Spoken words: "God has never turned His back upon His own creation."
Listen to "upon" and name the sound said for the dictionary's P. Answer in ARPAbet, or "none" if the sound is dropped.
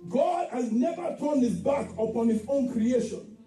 P